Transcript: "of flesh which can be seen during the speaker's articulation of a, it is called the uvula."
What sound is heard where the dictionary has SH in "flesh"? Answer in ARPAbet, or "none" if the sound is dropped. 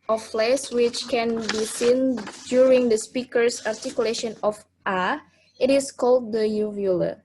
S